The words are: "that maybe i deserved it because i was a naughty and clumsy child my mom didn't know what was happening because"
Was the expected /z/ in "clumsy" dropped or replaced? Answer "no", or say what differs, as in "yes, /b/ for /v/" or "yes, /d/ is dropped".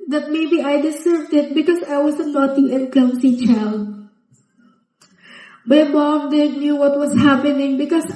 yes, /s/ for /z/